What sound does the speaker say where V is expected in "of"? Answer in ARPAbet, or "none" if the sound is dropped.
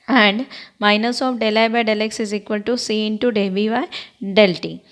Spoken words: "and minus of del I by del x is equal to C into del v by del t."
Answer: P